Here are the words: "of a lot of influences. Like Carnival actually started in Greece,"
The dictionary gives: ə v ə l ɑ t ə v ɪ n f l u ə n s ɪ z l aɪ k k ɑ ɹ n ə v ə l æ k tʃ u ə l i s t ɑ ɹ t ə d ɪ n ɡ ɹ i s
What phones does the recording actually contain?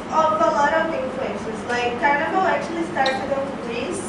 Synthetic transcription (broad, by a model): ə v ə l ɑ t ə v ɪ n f l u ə n ʃ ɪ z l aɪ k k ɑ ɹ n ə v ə æ k tʃ u ə l i s t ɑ ɹ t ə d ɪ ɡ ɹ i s